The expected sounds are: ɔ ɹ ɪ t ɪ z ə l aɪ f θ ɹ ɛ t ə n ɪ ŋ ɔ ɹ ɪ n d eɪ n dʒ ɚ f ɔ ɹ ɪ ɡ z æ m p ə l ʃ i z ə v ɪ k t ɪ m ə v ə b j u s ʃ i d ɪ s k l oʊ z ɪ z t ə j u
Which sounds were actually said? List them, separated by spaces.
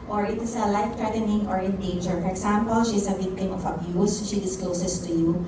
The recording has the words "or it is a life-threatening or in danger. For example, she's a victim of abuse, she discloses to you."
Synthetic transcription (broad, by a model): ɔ ɹ ɪ t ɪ s ə l aɪ f t ɹ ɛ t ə n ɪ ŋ ɔ ɹ ɪ n d eɪ n dʒ ɚ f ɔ ɹ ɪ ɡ s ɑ m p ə l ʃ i s ə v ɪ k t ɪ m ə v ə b j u s ʃ i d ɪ s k l oʊ s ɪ s t ə j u